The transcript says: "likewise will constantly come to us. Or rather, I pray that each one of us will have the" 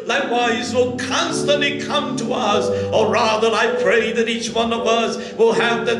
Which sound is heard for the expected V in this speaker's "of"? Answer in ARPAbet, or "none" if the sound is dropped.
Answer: V